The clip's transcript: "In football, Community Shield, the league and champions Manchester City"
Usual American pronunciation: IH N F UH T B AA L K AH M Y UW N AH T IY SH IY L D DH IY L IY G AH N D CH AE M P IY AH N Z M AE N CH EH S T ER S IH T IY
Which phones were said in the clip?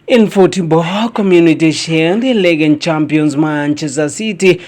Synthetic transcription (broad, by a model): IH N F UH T B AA K AH M Y UW N AH T IY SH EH N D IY L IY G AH N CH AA M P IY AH N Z M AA N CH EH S T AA S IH T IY